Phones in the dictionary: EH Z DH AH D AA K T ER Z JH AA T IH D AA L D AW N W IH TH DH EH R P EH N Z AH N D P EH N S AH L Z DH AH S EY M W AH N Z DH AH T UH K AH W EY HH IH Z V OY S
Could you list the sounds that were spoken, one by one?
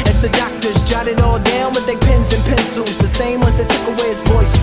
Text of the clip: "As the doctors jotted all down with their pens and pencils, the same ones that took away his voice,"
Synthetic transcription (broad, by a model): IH Z DH AH D AA K T ER Z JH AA T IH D AA L D AW N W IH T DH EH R P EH N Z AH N P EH N S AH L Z DH AH S EY M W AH Z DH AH T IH K AH W EY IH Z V OY S